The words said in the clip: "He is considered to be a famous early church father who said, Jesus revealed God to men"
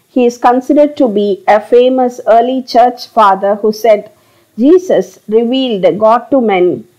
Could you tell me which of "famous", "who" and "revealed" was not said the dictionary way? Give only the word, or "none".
none